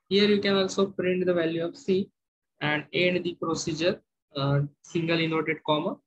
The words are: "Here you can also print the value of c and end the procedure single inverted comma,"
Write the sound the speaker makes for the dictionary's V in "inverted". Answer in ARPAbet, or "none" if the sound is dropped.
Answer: none